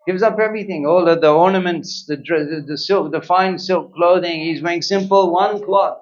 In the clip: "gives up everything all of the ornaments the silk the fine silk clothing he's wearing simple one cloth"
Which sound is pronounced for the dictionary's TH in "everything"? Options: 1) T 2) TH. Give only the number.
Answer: 2